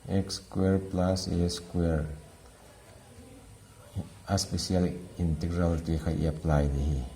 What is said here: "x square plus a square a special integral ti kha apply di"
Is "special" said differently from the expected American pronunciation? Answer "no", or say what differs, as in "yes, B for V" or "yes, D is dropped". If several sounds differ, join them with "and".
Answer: yes, S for SH